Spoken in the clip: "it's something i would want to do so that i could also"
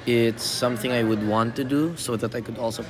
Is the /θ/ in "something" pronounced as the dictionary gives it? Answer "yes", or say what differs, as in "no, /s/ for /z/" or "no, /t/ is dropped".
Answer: yes